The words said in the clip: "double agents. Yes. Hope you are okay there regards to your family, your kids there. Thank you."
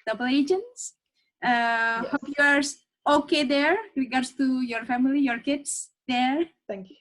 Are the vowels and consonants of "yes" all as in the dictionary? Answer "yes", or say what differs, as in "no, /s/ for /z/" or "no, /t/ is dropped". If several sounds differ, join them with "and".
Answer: no, /s/ is dropped